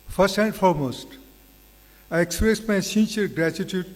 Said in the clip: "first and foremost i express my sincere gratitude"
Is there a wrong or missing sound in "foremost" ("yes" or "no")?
no